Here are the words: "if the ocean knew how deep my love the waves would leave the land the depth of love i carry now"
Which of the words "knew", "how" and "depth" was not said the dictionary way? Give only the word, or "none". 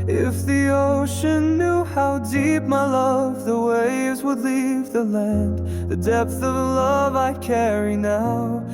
none